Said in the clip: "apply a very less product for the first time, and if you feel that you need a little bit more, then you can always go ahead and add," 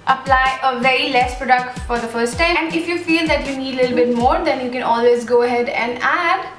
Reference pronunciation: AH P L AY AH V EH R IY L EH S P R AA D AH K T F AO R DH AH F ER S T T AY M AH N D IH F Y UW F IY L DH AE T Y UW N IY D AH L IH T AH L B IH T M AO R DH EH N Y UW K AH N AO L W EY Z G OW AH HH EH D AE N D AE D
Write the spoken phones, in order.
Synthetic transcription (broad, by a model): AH P L AY AH V EH R IY L EH S P R AA D AH K T F AO R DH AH F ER S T T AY AH N D IH F Y UW F IY L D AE T Y UW N IY D AH L IH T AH L B IH T M AO R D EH N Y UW K AH N AO L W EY Z G OW AH HH EH D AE N D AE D